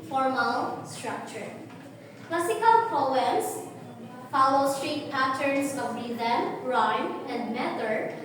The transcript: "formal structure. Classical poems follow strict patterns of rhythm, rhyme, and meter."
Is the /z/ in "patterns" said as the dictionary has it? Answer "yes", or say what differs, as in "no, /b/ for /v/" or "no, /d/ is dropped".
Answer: no, /s/ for /z/